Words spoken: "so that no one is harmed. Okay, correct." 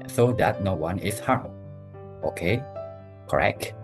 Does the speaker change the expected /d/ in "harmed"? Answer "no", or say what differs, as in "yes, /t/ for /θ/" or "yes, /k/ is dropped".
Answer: yes, /d/ is dropped